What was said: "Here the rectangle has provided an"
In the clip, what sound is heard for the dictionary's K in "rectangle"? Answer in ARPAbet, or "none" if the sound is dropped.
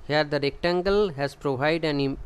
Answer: K